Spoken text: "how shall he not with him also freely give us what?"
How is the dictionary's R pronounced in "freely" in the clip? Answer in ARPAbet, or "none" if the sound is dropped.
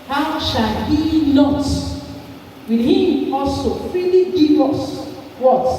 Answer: none